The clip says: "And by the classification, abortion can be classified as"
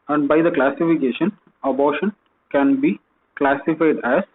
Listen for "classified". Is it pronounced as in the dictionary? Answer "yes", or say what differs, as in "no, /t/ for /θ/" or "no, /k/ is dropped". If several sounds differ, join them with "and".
yes